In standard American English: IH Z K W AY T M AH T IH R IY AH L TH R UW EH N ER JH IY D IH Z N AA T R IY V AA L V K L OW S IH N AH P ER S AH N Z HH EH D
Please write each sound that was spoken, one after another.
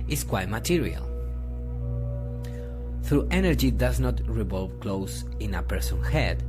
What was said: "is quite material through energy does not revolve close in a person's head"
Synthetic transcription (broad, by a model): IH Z K W AY T M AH T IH R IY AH L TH R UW EH N ER JH IY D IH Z N AA T R IY V AA L V K L OW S IH N AH P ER S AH N HH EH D